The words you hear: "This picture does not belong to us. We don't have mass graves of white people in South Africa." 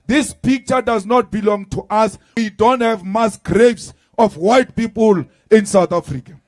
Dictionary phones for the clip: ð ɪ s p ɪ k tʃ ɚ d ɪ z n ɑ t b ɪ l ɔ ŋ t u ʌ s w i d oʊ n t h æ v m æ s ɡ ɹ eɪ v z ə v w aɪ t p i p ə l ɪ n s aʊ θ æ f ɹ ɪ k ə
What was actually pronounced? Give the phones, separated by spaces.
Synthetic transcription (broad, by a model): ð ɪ s p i k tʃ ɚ d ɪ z n ɑ t b ɪ l ɔ ŋ t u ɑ s w i d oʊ n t h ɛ v m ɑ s ɡ ɹ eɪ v s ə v w aɪ t p i p ə l ɪ n s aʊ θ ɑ f ɹ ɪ k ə